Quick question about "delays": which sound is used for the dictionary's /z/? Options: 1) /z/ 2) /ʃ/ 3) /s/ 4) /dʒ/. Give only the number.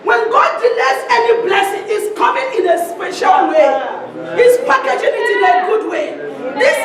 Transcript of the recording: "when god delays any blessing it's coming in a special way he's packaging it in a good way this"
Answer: 3